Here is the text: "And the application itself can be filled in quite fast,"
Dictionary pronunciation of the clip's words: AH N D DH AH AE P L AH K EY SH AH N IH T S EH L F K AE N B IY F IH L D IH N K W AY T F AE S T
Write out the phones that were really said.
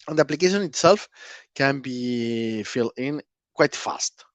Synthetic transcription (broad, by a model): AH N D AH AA P L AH K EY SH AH N IH T S EH L F K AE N B IY F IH L IH N K W AY T F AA S T